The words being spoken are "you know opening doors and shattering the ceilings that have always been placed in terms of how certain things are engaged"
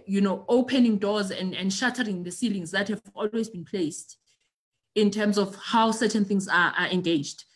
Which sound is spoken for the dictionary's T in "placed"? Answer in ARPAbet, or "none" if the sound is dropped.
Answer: T